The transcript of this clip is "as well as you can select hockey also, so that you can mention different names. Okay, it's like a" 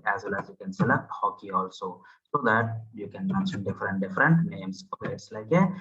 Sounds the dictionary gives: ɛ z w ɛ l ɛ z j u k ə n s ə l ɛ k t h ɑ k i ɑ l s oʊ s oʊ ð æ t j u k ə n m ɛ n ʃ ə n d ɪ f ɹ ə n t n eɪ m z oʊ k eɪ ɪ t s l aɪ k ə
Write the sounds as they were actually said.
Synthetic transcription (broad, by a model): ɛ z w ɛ l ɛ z j u k ə n s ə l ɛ t h ɑ k i ɑ l s oʊ s oʊ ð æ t j u k ə n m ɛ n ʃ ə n d ɪ f ɹ ə n t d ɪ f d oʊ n eɪ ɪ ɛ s l aɪ k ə